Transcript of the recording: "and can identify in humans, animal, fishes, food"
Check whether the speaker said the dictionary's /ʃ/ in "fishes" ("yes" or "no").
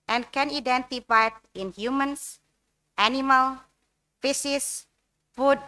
no